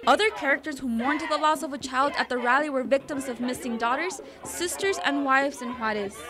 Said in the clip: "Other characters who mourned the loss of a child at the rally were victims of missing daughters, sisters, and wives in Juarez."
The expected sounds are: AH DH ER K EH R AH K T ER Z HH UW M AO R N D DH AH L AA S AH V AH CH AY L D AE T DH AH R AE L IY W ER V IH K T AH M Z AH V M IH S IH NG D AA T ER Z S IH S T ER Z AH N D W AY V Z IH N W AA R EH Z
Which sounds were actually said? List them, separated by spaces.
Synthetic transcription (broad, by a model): AH DH ER K EH R AH K T ER Z HH UW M AO R N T DH AH L AA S AH V AH CH AY L D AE T DH AH R AE L IY W ER V IH K T AH M Z AH V M IH S IH NG D AA T ER Z S IH S T ER Z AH N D W AY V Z IH N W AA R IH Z